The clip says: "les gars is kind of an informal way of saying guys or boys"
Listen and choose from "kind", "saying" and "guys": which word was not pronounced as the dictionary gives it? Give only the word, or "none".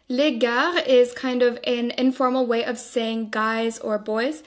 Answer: none